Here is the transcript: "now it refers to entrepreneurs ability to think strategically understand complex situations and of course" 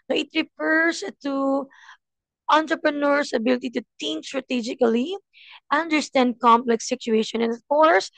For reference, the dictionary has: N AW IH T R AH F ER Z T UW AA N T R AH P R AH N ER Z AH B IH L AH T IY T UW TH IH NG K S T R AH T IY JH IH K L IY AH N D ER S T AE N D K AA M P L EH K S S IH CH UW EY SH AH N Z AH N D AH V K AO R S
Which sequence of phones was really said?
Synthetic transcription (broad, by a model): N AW IH T R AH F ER S T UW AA N T R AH P R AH N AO S AH B IH L AH T IY T UW T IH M S T R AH T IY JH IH K L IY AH N D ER S T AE N D K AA M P L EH K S S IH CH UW EY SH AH N AH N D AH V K AO R S